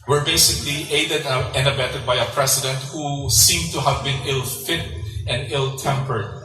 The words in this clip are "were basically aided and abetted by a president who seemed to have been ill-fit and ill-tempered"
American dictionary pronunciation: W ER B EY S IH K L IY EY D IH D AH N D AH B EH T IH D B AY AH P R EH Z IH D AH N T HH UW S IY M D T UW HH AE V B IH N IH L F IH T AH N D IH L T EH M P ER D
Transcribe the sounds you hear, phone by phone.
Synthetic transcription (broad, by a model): W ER B EY S IH K L IY EY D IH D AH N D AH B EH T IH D B AY AH P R EH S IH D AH N T HH UW S IY M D T UW HH AE V B IH N IH L F IH T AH N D IH L T EH M P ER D